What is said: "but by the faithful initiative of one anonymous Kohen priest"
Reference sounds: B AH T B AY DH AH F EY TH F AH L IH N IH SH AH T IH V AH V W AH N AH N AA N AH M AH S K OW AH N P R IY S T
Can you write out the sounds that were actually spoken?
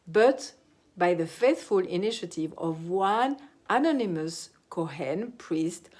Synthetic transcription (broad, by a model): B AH T B AY DH AH F EY TH F AH L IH N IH SH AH T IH V AH V W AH N AH N AA N AH M AH S K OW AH N P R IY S T